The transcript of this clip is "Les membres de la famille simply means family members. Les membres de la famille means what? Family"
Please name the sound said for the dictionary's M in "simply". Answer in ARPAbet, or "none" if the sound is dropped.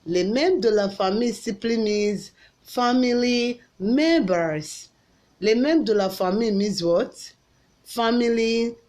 none